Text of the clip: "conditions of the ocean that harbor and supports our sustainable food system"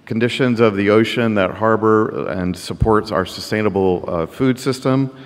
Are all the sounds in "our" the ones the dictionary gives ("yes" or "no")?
yes